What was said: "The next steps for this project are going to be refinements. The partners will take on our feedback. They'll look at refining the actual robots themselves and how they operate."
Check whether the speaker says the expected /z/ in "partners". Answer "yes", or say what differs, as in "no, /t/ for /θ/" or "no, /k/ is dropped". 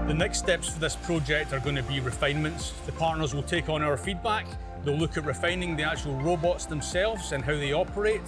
yes